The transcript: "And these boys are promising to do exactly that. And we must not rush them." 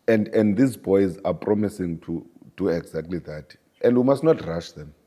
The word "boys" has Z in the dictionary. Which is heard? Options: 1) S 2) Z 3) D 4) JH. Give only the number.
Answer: 2